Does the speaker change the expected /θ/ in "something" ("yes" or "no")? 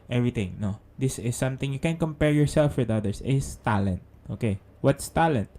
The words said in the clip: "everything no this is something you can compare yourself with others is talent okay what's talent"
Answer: yes